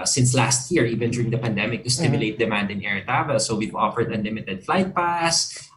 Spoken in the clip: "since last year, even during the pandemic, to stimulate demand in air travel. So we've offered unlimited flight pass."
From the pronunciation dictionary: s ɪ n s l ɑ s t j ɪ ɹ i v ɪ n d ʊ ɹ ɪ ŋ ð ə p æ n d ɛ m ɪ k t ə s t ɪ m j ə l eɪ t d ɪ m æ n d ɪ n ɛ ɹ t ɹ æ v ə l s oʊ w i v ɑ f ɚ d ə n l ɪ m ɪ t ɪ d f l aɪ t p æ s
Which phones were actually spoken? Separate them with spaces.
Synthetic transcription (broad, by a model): s ɪ n s l ɑ s t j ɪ ɹ i v ɪ n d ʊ ɹ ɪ ŋ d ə p æ n d ɛ m ɪ k t ə s t ɪ m j ə l eɪ t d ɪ m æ n d ɪ n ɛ ɹ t ɑ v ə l s oʊ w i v ɑ f ɚ d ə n l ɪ m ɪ t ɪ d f l aɪ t p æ s